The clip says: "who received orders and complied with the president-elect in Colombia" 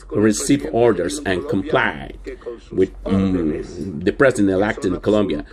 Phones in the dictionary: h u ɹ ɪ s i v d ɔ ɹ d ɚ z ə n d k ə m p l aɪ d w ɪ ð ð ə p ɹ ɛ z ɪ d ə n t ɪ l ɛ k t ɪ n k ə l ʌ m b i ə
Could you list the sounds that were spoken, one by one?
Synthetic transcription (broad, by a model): ɹ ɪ s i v ɔ ɹ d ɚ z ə n k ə m p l aɪ w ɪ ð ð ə p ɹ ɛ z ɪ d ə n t ɪ l ɛ k t ɪ n k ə l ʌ m b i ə